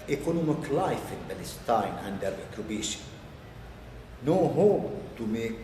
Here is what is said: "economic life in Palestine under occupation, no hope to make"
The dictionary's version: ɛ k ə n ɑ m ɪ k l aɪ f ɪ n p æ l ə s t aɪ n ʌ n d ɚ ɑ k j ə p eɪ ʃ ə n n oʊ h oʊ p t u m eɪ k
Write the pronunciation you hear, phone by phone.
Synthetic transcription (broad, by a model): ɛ k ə n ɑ m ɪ k l aɪ f ɪ n b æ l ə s t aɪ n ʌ n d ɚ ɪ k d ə b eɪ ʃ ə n n oʊ h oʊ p t u m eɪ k